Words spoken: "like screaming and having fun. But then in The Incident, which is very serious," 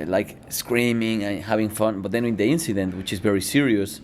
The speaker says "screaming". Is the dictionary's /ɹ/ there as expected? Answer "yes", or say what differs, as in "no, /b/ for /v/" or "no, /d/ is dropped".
yes